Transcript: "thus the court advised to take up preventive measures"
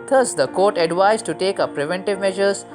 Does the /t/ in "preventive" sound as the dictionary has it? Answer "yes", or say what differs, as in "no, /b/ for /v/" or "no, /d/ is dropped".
yes